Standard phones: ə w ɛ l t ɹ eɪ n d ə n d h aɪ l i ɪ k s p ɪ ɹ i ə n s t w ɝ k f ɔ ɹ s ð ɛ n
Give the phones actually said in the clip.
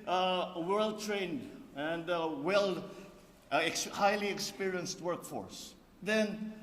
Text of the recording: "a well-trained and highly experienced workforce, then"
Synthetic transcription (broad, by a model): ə w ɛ l t ɹ eɪ n d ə n d h aɪ l i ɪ k s p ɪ ɹ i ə n s t w ɝ k f ɔ ɹ s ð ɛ n